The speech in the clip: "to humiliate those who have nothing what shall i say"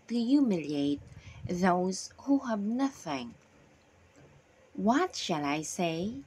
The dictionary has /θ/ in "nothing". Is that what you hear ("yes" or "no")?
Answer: yes